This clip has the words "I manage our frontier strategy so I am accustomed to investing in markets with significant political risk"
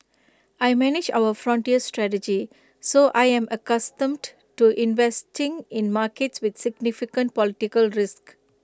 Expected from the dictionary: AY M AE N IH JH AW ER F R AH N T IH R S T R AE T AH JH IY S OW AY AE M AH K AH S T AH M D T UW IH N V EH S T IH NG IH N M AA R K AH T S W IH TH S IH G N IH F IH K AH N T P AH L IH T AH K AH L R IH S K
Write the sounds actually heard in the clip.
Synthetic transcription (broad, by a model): AY M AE N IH JH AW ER F R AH N T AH R S T R AE T AH JH IY S OW AY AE M AH K AH S T AH M D T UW IH N V EH S T IH NG IH N M AA R K AH T S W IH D S IH G N IH F IH K AH N T P AH L IH T AH K AH L R IH S K